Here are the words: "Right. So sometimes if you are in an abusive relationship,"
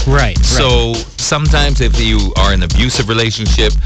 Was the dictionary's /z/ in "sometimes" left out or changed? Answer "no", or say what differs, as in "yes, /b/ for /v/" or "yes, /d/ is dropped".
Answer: no